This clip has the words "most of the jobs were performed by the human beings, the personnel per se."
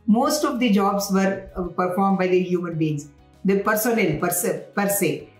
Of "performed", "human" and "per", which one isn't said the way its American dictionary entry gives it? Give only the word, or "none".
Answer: none